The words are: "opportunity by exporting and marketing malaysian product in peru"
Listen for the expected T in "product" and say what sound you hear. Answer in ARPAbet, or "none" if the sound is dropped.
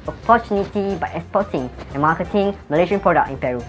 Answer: none